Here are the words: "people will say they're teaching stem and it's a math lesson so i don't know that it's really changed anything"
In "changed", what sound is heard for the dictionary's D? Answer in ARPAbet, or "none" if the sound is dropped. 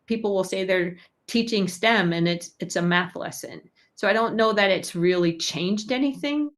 D